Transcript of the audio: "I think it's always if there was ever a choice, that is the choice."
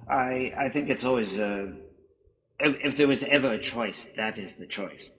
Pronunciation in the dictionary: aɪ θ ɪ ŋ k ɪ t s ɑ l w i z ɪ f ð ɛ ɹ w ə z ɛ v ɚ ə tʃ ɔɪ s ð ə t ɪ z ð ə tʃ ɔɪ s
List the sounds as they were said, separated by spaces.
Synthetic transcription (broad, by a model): aɪ θ ɪ ŋ k ɪ t s ɑ l w i z ɪ f ð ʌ ɹ w ə z ɛ v ɚ ə tʃ ɔɪ s ð ə t ɪ z ð ə tʃ ɔɪ s